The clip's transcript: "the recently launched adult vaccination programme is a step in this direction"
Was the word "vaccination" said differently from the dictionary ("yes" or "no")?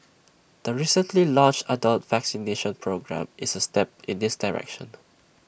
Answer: no